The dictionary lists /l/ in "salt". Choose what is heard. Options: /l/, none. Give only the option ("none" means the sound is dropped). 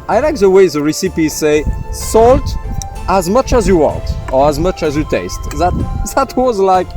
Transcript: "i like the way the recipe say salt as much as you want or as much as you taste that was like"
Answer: /l/